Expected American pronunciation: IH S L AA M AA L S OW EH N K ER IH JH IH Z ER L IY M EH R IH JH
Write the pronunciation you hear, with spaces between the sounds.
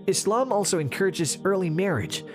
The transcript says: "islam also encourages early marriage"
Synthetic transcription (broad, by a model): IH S L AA M AA L S OW EH N K ER IH JH IH Z ER L IY M EH R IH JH